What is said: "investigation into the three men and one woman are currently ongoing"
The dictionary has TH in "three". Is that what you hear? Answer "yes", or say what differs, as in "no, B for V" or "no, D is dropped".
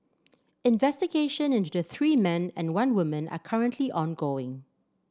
yes